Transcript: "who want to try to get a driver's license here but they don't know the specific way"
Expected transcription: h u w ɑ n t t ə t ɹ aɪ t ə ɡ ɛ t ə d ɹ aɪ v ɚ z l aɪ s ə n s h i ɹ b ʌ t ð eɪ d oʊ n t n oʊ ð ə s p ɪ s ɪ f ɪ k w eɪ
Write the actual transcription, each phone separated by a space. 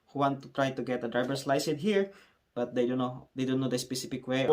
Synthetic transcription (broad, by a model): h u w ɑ n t t ə t ɹ aɪ t ə ɡ ɛ t ə d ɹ aɪ b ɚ s l aɪ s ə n h i ɹ b ʌ t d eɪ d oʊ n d n oʊ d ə s p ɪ s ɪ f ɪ k w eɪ